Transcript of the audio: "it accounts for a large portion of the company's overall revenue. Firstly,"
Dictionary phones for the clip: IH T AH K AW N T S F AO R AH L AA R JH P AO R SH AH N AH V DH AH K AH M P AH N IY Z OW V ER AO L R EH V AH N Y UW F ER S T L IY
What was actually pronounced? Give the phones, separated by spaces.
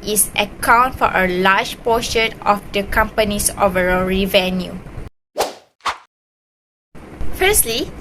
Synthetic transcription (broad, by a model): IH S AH K AW N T F AO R AH L AA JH P AO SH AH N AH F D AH K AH M P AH N IY S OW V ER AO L R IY V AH N Y UW F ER S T L IY